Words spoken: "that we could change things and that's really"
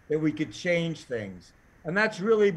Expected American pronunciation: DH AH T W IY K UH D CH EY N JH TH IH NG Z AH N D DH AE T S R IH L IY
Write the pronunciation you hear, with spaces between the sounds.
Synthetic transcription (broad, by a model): DH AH T W IY K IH D CH EY N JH TH IH NG Z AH N DH AE T S R IH L IY